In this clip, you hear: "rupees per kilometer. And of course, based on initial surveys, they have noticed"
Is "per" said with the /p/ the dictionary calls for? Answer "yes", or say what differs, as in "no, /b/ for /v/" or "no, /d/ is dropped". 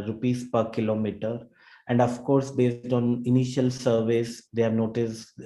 yes